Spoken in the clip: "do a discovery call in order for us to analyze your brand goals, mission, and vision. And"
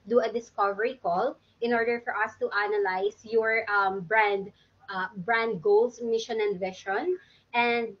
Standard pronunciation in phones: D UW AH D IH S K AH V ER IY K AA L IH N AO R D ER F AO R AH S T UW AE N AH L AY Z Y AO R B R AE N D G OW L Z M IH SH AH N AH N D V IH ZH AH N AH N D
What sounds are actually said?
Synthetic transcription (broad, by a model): D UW AH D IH S K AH V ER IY K AA L IH N AO R D ER F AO R AH S T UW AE N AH L AY S Y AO R B R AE N D G OW L S M IH SH AH N AH N D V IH SH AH N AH N D